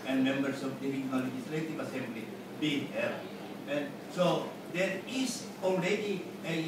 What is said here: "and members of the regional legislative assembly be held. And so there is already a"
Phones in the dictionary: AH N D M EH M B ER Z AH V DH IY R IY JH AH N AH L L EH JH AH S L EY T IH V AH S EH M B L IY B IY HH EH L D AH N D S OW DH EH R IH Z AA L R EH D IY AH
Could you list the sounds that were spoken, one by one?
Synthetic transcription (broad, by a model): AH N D M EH M B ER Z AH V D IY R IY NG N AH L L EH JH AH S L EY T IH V AH S EH M B L IY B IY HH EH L AH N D S OW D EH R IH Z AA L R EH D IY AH